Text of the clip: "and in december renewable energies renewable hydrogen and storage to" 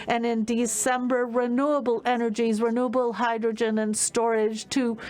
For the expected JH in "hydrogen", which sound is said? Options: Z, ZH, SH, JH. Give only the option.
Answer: JH